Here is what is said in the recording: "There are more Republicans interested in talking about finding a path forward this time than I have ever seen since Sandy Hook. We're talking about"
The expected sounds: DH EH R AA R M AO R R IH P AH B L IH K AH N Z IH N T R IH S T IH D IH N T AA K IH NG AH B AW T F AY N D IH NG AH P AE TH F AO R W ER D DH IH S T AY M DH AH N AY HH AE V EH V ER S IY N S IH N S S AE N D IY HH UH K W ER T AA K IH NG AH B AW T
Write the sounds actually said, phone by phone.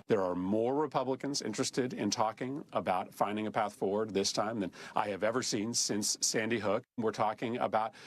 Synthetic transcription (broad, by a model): DH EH R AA R M AO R R IH P AH B L IH K AH N Z IH N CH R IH S T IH D IH N T AA K IH NG AH B AW T F AY N D IH NG AH P AE TH F AO R W ER D DH IH S T AY M DH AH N AY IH V EH V ER S IY N S IH N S S AE N D IY HH UH K W ER T AA K IH NG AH B AW T